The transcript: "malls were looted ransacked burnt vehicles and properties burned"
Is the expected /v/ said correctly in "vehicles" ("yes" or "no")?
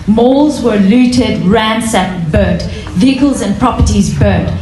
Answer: yes